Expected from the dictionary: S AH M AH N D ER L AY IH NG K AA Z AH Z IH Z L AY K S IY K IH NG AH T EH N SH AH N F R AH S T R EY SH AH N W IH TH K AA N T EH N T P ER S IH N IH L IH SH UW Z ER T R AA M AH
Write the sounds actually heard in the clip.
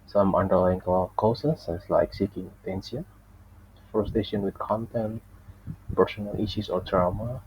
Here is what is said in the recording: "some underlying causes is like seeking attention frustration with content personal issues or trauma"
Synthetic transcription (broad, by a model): S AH M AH N D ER L AY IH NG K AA S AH S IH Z L AY K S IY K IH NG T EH N S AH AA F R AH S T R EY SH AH N W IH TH K AA N T EH N T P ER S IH N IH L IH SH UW S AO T R AA M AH